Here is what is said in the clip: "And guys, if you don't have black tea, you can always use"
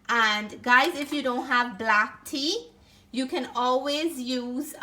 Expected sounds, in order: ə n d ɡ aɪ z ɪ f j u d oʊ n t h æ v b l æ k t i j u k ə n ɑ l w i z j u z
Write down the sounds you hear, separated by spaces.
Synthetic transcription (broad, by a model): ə n ɡ aɪ z ɪ f j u d oʊ n t h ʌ v b l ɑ k t i j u k ə n ɑ l w i z j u z